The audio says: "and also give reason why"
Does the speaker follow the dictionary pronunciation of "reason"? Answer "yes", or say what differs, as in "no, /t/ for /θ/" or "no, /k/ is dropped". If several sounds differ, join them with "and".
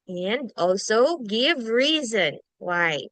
yes